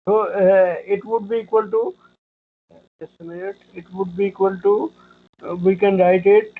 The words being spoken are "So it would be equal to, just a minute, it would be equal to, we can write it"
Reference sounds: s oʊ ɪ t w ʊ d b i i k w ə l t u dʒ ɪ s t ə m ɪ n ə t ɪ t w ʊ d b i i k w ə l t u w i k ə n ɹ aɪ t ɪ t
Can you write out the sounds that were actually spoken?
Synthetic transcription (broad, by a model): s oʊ ɪ t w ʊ d b i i k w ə l t u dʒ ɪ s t ə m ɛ ə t ɪ t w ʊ d b i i k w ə l t u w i k ə n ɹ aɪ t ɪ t